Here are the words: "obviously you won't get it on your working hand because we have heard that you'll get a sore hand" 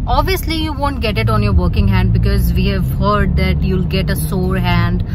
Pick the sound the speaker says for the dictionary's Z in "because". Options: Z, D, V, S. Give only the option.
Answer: Z